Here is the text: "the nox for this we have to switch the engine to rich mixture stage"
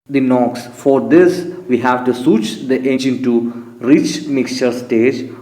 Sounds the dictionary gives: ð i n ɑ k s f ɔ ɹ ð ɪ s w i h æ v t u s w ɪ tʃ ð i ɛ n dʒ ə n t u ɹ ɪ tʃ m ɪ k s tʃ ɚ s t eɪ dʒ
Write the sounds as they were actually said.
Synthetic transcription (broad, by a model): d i n ɑ k s f ɔ ɹ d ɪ s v i h æ v t u s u tʃ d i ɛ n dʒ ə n t u ɹ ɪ tʃ m ɪ k s tʃ ɚ s t eɪ dʒ